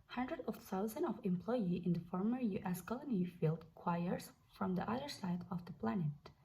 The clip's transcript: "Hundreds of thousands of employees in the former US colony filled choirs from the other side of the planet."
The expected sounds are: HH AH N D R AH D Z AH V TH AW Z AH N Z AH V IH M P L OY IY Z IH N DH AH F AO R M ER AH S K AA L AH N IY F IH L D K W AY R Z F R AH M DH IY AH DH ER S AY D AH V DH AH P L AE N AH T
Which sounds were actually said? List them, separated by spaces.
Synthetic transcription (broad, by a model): HH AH N D R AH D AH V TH AW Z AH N AH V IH M P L OY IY IH N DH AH F AO R M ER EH S K AA L AH N IY F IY L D K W AY R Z F R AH M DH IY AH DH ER S AY D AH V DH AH P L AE N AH T